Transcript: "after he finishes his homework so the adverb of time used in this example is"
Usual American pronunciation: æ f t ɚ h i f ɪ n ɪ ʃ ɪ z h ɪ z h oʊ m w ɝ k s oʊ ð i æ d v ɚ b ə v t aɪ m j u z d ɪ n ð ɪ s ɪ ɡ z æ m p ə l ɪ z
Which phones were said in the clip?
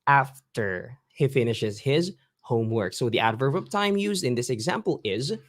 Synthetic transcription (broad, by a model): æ f t ɚ h i f ɪ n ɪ ʃ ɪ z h ɪ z h oʊ m w ɝ k s oʊ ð i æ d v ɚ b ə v t aɪ m j u z d ɪ n ð ɪ s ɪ ɡ z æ m p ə l ɪ z